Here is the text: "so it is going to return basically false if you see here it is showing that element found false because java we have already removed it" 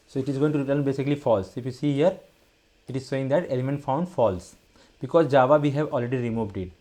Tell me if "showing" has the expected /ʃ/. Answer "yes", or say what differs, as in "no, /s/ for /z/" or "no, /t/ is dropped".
no, /s/ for /ʃ/